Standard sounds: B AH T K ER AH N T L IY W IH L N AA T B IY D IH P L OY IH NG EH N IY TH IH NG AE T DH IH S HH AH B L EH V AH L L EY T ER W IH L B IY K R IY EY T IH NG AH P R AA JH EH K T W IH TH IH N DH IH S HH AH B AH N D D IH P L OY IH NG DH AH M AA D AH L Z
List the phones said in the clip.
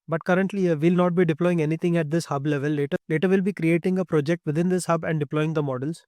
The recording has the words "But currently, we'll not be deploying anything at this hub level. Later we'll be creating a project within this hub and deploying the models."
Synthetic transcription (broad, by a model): B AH T K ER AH N T L IY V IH L N AA T B IY D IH P L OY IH NG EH N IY T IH NG AE T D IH S HH AH B L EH V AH L L EY T ER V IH L B IY K R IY EY T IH NG AH P R AA JH EH K T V IH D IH N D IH S HH AH B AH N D D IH P L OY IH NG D AH M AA D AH L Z